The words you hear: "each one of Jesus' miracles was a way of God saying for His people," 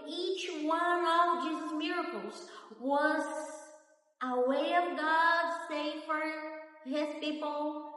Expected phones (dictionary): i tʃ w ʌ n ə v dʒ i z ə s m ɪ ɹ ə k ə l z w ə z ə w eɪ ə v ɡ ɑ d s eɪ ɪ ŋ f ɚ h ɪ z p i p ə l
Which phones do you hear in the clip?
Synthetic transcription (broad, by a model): i tʃ w ʌ n ə v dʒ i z m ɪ ɹ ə k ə l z w ə z ə w eɪ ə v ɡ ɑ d s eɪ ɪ f ɚ h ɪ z p i p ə l